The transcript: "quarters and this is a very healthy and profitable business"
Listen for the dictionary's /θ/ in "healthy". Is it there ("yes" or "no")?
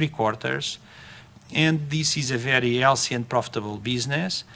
no